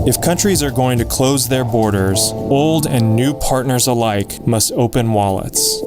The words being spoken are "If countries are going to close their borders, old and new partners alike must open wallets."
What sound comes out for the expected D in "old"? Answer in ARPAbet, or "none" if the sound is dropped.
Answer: D